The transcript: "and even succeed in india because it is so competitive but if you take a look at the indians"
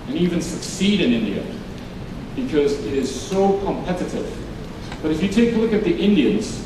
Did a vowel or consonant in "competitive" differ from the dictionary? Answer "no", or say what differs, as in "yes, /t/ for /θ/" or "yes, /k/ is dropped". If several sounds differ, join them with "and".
no